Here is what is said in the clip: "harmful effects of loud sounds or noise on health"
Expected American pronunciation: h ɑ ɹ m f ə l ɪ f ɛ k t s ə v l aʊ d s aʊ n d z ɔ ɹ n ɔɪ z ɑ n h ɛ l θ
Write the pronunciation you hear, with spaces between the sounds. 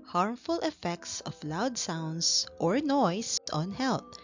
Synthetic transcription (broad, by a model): h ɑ ɹ m f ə l ɪ f ɛ k t s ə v l aʊ d s aʊ n d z ɔ ɹ n ɔɪ s ɑ n h ɛ l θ